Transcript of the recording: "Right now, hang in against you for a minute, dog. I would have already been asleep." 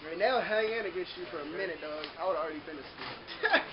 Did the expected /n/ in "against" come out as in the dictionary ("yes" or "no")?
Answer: no